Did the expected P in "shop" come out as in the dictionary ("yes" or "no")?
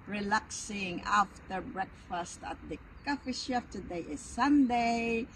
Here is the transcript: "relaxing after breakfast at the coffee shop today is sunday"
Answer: no